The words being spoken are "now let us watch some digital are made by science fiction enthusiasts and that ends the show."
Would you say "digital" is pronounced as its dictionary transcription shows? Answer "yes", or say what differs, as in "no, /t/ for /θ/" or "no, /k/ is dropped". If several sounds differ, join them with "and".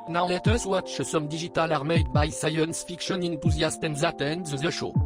no, /ʒ/ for /dʒ/